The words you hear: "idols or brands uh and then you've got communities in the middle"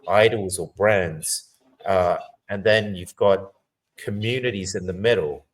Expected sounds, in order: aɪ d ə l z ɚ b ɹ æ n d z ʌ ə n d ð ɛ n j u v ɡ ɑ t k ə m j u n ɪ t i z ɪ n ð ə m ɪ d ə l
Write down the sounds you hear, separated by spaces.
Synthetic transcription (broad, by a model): aɪ d l z ɚ b ɹ æ n d z ʌ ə n ð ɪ n j u v ɡ ɑ t k ə m j u n ɪ t i z ɪ n ð ə m ɪ d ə l